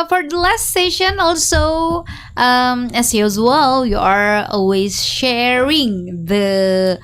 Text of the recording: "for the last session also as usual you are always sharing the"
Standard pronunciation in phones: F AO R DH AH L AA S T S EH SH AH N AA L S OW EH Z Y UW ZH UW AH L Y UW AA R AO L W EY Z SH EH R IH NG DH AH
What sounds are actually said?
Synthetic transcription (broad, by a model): F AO R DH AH L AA S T S EH SH AH N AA L S OW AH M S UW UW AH L Y UW AA R AO L W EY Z SH EH R IH NG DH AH